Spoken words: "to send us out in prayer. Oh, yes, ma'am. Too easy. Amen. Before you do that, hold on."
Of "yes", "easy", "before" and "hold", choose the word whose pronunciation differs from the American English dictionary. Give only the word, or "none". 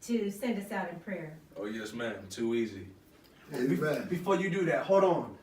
hold